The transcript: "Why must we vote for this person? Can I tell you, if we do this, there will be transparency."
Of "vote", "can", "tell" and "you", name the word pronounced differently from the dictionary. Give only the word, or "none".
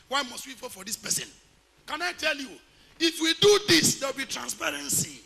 vote